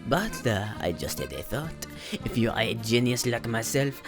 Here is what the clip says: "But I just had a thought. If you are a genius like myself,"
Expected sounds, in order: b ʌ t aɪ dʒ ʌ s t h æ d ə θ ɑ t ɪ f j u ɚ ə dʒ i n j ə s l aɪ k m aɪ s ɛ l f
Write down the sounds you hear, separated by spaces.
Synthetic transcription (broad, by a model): b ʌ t aɪ dʒ ʌ s t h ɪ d ə θ ɑ t ɪ f j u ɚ ə dʒ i n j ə s l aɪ k m aɪ s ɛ l f